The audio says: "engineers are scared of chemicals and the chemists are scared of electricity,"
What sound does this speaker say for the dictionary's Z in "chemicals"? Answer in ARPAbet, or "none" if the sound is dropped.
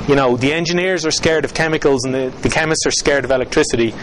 Z